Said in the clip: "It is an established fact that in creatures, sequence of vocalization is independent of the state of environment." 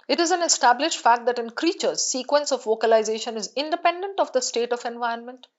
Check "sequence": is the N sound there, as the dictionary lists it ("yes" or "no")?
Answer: yes